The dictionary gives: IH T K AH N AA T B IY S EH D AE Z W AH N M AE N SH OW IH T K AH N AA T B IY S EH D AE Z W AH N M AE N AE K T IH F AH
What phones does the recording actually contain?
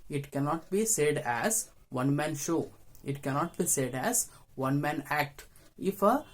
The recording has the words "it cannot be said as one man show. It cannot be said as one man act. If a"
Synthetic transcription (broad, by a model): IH T K AH N AA T B IY S EH D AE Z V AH N M AE N SH OW IH T K AH N AA T B IY S EH D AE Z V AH N M AE N AE K T IH F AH